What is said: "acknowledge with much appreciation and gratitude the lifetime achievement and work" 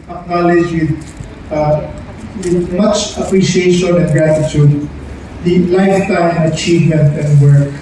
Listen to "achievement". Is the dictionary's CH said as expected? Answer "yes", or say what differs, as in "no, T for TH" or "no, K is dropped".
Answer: yes